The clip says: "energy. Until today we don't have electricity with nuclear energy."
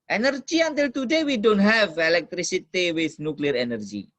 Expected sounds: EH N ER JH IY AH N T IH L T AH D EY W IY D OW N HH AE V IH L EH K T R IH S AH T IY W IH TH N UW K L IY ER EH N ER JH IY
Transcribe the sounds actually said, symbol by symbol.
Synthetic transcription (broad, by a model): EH N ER JH IY AH N T IH L T AH D EY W IY D OW N HH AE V IH L EH K T R IH S AH T IY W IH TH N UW K L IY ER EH N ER JH IY